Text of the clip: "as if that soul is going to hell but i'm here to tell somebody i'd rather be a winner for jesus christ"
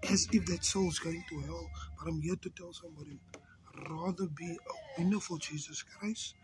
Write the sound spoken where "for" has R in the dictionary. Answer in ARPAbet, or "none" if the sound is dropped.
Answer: L